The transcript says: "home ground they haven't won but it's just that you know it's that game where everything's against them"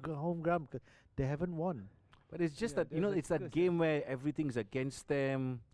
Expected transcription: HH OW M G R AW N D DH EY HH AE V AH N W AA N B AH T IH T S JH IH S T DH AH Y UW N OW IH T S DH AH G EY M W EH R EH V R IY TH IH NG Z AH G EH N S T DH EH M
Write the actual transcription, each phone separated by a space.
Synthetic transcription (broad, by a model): HH OW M G R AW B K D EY HH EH V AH N W AA N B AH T IH T S JH IH S T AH Y UW N OW IH T S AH G EY M W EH EH V R IY T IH NG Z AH G EH N S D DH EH M